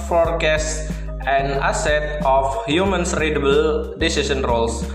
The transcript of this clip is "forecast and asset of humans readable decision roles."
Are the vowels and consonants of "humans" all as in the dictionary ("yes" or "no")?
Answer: no